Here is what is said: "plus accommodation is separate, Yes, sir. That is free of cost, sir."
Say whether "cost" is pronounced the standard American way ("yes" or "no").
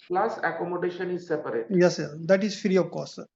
no